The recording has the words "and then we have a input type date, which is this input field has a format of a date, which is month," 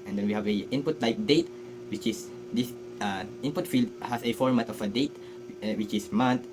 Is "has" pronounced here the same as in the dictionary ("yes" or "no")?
no